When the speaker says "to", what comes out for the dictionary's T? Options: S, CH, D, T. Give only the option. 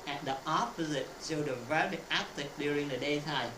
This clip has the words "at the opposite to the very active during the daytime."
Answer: S